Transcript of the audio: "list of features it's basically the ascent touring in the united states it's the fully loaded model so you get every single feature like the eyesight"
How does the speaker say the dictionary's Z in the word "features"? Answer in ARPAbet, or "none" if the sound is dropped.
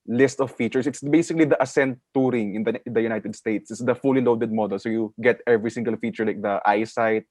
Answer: S